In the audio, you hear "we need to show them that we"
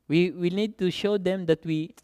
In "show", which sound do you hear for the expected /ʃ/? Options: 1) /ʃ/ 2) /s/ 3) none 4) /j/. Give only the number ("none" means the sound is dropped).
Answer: 1